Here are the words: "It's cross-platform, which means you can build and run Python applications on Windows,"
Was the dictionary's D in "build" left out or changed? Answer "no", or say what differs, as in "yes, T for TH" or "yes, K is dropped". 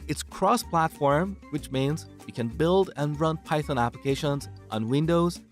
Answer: no